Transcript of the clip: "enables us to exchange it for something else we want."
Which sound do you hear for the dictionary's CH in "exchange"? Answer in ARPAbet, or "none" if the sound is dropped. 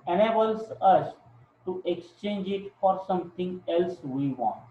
CH